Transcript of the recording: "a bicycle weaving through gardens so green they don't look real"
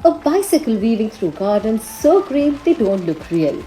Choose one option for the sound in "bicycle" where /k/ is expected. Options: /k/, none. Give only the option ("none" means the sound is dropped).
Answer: /k/